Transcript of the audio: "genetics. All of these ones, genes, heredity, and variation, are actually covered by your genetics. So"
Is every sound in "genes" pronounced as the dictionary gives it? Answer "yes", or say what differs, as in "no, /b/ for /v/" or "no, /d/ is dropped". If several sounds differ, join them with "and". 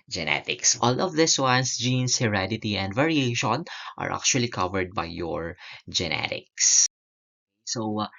no, /s/ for /z/